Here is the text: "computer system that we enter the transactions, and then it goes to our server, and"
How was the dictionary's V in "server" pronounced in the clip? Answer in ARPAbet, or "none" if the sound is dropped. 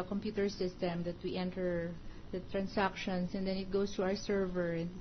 V